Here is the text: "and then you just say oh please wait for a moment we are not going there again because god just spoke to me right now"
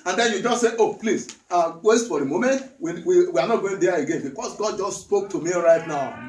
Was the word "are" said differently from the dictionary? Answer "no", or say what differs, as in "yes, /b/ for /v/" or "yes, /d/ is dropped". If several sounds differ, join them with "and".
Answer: yes, /w/ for /ɹ/